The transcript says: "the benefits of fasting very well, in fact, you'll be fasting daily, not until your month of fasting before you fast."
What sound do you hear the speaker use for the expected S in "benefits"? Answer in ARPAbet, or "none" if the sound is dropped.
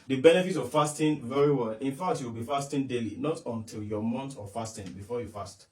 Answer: none